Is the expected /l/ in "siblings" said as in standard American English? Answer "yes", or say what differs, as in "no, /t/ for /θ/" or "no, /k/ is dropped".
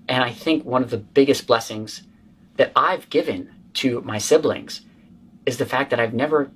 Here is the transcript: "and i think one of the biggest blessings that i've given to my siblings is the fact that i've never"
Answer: yes